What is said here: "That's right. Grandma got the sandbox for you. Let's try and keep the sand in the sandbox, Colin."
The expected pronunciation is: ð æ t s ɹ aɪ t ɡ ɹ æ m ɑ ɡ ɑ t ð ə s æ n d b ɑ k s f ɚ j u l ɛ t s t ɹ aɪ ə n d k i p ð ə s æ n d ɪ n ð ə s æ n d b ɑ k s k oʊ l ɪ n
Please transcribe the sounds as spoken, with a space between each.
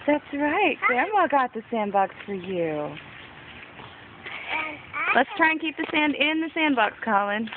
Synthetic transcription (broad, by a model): ð æ t s ɹ aɪ t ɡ æ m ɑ ɡ ɑ t ð ə s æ n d b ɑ k s f ɚ j u l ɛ t s t ɹ aɪ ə n k i p ð ə s æ n d ɪ n ð ə s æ n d b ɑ k s k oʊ l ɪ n